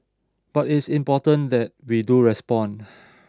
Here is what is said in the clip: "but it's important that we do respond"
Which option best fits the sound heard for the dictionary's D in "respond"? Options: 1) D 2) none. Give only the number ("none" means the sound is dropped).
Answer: 2